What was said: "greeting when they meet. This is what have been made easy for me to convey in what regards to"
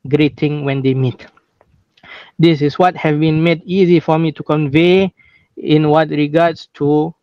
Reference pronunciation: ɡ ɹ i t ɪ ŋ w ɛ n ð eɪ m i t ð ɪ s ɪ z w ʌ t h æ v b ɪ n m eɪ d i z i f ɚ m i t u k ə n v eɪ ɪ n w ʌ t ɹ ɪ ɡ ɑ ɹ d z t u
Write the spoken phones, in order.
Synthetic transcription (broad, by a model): ɡ ɹ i t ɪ ŋ w ɛ n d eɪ m i t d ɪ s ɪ s w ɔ t h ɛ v b ɪ n m eɪ d i z i f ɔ m i t u k ə n v eɪ ɪ n w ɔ t ɹ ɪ ɡ ɑ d s t u